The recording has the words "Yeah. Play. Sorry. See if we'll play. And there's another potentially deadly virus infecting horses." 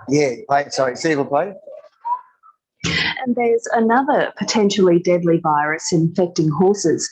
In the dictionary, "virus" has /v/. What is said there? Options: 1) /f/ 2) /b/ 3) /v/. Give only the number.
3